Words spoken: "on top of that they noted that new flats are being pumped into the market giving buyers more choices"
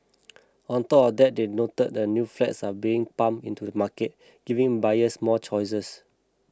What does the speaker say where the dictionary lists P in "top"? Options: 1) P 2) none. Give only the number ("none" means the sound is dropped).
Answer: 2